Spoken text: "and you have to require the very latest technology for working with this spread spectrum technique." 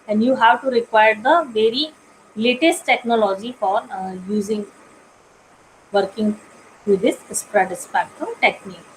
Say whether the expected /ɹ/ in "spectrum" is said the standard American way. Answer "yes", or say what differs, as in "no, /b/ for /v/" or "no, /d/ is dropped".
no, /ɹ/ is dropped